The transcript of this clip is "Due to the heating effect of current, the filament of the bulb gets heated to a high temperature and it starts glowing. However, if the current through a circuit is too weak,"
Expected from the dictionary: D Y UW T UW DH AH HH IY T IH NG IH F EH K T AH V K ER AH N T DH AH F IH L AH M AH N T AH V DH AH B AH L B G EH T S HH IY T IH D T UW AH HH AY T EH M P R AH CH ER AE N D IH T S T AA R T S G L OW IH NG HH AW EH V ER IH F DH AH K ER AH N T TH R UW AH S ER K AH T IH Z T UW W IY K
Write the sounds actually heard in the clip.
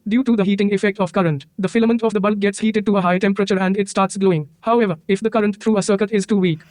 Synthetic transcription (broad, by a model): D Y UW T UW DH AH HH IY T IH NG IH F EH K T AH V K ER AH N T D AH F IH L AH M AH N T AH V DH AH B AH L G EH T S HH IY T IH D T UW AH HH AY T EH M P R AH CH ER AE N D IH T S T AA R T S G L OW IH NG HH AW EH V ER IH F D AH K ER AH N T T R UW AH S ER K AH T IH Z T UW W IY K